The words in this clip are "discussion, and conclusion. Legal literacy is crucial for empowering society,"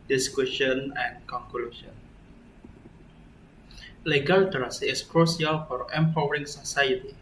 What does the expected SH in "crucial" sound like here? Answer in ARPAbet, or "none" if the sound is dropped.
S